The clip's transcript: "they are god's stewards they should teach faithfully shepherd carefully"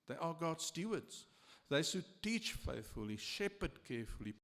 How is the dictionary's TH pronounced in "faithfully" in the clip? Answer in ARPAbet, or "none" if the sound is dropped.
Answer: TH